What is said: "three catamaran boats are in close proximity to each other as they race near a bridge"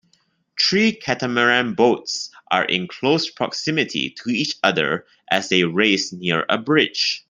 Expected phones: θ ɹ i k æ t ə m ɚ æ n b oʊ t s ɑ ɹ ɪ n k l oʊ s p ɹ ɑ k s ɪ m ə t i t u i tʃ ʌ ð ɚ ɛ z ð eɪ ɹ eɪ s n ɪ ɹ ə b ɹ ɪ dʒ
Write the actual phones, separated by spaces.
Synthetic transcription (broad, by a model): t ɹ i k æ t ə m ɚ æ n b oʊ t s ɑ ɹ ɪ n k l oʊ s p ɹ ɑ k s ɪ m ə t i t u i tʃ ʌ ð ɚ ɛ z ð eɪ ɹ eɪ s n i ɹ ə b ɹ ɪ dʒ